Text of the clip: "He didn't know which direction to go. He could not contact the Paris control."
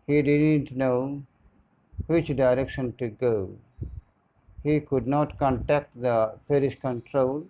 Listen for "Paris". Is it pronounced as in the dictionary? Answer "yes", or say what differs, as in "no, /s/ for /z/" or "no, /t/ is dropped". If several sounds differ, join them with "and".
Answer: no, /ʃ/ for /s/